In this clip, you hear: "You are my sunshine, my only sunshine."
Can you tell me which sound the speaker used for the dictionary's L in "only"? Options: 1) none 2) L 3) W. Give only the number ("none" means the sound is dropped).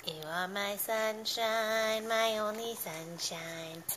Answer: 1